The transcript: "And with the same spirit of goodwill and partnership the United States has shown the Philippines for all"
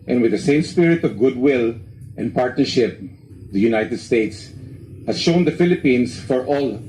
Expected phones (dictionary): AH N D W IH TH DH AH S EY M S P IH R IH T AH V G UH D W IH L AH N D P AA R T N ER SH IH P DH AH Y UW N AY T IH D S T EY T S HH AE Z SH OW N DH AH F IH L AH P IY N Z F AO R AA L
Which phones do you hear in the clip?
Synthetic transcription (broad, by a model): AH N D W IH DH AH S EY M S P IH R IH T AH V G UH D W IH L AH N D P AA R T N ER SH IH P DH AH Y UW N AY T IH D S T EY T S HH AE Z SH OW N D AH F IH L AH P IY N S F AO R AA L